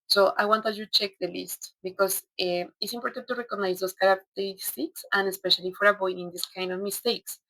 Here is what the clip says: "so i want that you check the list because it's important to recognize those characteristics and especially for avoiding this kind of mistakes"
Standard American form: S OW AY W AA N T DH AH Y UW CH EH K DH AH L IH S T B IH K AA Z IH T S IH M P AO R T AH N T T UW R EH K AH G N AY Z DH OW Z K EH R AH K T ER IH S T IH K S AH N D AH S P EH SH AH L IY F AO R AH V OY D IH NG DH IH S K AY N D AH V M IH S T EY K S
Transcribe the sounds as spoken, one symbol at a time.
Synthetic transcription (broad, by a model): S OW AY W AA N T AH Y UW CH EH K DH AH L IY S T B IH K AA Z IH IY S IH M P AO R T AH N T T UW R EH K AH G N AY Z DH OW S K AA R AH K T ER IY S T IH K S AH N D AH S P EH SH AH L IY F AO R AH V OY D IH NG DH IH S K AY N D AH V M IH S T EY K S